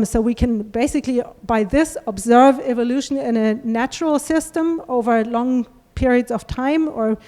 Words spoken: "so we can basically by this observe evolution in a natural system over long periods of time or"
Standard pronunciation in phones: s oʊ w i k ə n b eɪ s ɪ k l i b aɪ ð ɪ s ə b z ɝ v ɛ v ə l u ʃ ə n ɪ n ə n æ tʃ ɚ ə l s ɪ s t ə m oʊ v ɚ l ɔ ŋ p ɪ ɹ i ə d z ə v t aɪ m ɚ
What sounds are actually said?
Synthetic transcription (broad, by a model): s oʊ w i k ə n b eɪ s ɪ k l i b aɪ ð ɪ s ə b z ɝ v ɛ v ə l u ʃ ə n ɪ n ə n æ tʃ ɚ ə l s ɪ s t ə m oʊ v ɚ l ɔ ŋ p ɪ ɹ i ə d z ə v t aɪ m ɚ